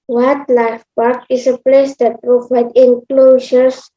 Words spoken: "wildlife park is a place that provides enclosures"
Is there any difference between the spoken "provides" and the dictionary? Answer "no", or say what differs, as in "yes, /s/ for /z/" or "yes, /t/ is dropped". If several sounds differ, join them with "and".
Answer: yes, /z/ is dropped